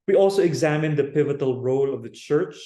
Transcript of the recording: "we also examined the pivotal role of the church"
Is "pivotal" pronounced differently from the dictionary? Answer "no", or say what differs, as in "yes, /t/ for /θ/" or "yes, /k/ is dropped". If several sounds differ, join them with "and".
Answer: no